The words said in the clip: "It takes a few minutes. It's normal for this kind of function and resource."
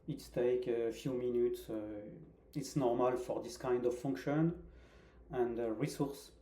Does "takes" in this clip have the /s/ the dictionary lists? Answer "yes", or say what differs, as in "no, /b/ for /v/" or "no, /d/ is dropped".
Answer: no, /s/ is dropped